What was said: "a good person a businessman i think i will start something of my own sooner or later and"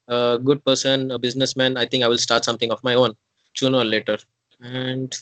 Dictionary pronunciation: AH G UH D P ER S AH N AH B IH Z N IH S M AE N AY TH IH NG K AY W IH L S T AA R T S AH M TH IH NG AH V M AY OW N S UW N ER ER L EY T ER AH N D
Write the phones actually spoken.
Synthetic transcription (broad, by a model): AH G UH D P ER S AH N AH B IH Z N IH S M AE N AY T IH NG K AY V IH L S T AA R T S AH M T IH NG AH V M AY OW N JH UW N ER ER L EY T ER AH N D